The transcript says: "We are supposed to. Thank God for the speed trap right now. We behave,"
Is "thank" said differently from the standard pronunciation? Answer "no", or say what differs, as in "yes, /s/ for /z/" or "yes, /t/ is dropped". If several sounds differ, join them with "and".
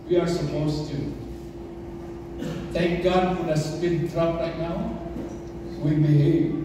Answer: yes, /t/ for /θ/